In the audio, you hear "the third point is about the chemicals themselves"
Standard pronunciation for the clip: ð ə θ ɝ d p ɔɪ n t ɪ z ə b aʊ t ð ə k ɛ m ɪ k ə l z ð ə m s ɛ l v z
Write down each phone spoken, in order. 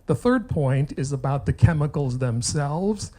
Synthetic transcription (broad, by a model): ð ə θ ɝ d p ɔɪ n t ɪ z ə b aʊ t ð ə k ɛ m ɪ k l z ð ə m s ɛ l v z